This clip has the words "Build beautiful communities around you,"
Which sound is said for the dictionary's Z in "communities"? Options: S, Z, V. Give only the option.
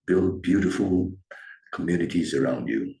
Z